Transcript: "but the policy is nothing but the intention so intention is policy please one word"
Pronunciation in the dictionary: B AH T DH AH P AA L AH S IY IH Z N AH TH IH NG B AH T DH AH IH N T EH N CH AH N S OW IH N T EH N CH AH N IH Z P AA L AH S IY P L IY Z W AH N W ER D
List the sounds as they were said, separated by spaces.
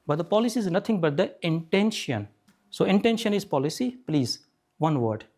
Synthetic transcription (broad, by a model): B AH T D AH P AA L AH S IY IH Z N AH T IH NG B AH T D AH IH N T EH N SH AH N S OW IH N T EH N SH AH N IH Z P AA L AH S IY P L IY Z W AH N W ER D